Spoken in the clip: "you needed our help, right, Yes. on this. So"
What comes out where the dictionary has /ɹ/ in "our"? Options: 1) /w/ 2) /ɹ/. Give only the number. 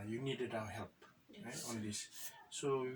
1